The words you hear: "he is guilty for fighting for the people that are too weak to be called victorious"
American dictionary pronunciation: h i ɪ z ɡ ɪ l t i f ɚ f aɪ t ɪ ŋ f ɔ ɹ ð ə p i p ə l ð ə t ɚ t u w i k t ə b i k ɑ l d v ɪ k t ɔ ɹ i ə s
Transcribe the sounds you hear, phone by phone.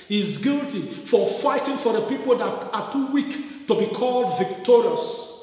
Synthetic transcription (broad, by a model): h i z ɡ ɪ l t i f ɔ f aɪ t ɪ ŋ f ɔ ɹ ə p i p ə l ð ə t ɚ t u w i k t ə b i k ɑ l d v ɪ k t ɔ ɹ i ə s